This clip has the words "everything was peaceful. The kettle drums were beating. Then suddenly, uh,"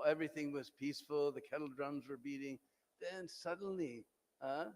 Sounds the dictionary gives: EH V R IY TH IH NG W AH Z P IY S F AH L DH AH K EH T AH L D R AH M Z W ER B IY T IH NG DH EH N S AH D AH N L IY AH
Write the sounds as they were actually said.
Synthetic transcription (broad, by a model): EH V R IY TH IH NG W AH Z P IY S F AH L DH AH K EH T L D R AH M Z W ER B IY T IH NG DH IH N S AH D N L IY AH